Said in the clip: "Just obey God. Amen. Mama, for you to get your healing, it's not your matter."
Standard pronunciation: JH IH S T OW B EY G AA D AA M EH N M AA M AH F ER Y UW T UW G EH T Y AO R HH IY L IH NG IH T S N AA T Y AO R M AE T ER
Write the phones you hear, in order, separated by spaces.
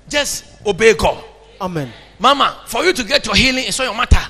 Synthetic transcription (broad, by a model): JH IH S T OW B EY G AA D AA M EH N M AA M AH F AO Y UW T UW G EH T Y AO HH IY L IH NG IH S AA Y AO M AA T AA